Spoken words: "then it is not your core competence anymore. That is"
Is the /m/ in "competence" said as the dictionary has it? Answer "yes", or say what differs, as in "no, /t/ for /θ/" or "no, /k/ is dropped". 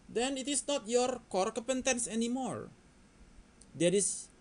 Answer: no, /m/ is dropped